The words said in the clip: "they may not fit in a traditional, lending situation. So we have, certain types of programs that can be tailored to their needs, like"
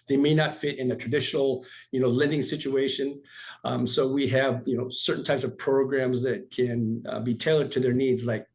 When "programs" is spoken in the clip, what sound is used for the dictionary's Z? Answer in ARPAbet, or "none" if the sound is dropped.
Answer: Z